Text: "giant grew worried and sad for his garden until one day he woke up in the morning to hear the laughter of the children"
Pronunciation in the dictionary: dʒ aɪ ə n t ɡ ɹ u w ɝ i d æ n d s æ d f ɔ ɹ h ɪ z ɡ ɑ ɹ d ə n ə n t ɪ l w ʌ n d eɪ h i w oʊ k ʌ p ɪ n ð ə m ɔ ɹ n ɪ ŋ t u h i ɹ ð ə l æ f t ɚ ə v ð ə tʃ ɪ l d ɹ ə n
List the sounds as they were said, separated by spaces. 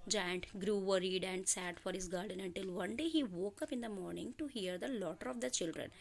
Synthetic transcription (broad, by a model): dʒ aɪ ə n t ɡ ɹ u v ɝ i d æ n d s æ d f ɔ ɹ h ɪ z ɡ ɑ ɹ d ə n ə n t ɪ l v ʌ n d eɪ h i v oʊ k ʌ p ɪ n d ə m ɔ ɹ n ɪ ŋ t u h i ɹ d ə l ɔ t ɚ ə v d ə tʃ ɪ l d ɹ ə n